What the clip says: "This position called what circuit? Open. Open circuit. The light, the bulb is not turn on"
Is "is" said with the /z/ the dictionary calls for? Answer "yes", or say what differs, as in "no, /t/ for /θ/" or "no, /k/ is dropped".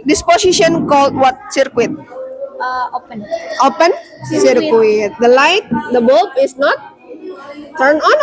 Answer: no, /s/ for /z/